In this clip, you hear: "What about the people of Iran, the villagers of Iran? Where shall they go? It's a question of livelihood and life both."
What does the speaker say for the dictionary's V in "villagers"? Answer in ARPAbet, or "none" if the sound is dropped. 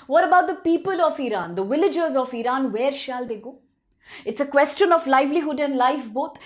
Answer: V